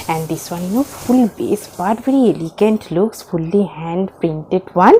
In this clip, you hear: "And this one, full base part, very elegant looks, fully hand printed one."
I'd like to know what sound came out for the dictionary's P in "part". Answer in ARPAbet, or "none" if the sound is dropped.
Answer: B